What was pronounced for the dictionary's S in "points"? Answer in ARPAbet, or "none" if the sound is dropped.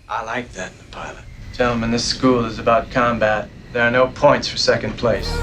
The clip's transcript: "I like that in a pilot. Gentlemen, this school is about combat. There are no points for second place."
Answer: S